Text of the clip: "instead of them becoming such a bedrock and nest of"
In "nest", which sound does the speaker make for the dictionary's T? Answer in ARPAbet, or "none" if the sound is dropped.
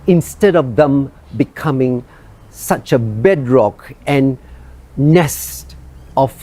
T